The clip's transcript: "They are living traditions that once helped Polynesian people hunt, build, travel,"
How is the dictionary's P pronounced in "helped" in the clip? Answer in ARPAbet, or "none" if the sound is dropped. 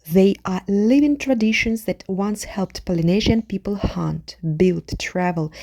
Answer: P